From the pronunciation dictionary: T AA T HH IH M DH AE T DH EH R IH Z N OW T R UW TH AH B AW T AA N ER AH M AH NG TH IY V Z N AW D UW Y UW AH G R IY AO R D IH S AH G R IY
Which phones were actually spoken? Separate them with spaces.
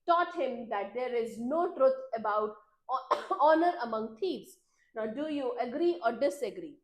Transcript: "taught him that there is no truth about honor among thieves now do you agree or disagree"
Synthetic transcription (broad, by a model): T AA T HH IH M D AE T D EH R IH Z N OW T R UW T AH B AW T AA N ER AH M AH NG T IY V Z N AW D UW Y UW AH G R IY AO R D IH S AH G R IY